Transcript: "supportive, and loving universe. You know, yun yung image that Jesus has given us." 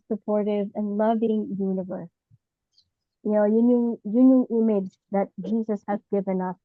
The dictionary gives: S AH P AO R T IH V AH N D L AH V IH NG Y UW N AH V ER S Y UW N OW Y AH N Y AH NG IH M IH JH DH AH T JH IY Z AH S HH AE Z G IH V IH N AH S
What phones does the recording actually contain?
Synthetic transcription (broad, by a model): S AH P AO R T IH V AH N L AH V IH NG Y UW N AH V ER S Y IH N OW Y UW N Y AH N IH M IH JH DH AH T JH IY Z AH S HH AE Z G IH V IH N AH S